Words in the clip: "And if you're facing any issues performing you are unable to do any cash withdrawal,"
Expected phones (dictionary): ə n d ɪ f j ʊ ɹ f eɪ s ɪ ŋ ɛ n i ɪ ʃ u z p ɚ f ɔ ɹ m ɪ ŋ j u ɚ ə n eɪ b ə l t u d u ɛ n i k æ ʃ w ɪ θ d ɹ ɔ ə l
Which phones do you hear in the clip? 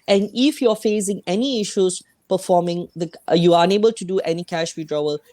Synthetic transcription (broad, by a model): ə n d ɪ f j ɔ f eɪ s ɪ ŋ ɛ n i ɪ ʃ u s p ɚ f ɔ m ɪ ŋ j u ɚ ə n eɪ b ə l t u d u ɛ n i k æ ʃ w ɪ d ɹ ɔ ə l